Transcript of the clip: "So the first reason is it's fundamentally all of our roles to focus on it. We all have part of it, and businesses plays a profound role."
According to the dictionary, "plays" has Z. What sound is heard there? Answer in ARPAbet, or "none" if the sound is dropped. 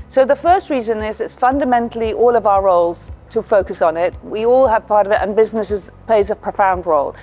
Z